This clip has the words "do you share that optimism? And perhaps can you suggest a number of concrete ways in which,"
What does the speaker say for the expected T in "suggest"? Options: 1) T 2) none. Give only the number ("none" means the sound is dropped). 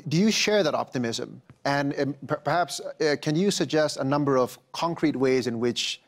1